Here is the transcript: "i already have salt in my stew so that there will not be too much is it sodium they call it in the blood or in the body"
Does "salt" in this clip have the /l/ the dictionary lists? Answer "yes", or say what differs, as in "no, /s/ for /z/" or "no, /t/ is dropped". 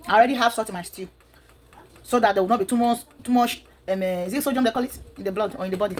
no, /l/ is dropped